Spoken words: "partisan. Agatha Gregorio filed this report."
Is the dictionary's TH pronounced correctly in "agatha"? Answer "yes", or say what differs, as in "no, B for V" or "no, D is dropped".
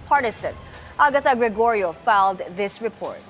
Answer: no, T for TH